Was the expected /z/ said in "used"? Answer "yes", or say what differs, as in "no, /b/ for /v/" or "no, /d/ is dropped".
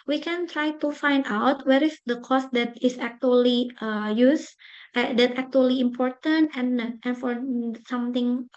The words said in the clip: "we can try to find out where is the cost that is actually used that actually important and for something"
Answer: no, /s/ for /z/